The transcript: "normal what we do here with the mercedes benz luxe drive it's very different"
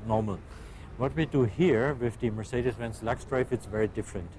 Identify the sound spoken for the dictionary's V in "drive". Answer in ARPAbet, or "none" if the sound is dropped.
F